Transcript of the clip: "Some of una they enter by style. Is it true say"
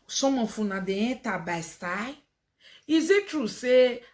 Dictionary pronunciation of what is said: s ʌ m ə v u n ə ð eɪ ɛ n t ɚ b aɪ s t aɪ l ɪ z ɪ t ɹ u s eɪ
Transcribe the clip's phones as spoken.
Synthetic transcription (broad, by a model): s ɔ m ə f u n ə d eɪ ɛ t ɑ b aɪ s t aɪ ɪ z ɪ t ɹ u s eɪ